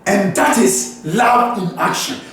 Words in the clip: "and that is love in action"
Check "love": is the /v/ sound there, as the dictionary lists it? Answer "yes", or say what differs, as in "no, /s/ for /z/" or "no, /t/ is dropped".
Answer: no, /v/ is dropped